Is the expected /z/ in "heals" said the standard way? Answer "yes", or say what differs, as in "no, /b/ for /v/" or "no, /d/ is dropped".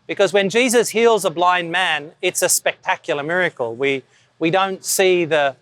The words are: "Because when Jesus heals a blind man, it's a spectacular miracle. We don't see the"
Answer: yes